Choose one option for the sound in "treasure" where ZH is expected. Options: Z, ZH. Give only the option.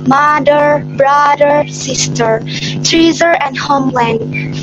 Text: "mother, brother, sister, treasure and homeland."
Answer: Z